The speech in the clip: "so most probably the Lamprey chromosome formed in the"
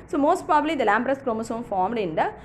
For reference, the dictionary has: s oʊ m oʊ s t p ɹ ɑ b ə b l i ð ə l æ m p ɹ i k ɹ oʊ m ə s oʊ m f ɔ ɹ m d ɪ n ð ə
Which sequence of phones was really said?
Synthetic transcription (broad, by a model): s oʊ m oʊ s t p ɹ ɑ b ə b l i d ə l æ m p ɹ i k ɹ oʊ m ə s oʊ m f ɔ ɹ m d ɪ n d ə